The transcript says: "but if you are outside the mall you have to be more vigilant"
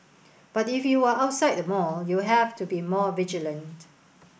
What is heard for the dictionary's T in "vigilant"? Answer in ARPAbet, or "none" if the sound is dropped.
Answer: T